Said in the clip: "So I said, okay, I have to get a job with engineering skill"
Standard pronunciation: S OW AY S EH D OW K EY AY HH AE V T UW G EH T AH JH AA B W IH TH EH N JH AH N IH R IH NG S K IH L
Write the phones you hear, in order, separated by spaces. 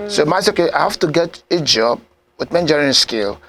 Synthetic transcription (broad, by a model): S OW AY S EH OW K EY AY HH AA F T UW G EH T AH JH AA B W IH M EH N JH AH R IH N S K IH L